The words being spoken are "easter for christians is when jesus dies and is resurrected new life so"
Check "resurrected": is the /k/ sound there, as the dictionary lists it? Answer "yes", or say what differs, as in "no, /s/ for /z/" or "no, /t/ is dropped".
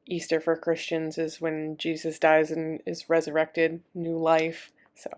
yes